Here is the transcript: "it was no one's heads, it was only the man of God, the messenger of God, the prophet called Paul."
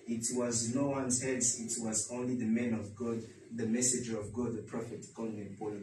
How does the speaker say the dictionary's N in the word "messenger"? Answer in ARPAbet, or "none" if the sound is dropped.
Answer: none